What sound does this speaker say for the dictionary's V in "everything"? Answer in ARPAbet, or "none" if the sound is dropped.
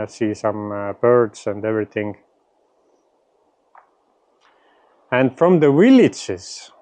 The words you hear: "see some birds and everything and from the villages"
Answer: V